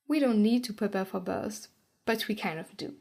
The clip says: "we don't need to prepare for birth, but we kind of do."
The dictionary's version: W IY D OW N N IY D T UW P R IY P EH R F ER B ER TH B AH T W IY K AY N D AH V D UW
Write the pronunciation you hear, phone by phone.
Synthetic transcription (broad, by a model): W IY D OW N N IY D T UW P R IY P EH R F ER B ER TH B AH T W IY K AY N AH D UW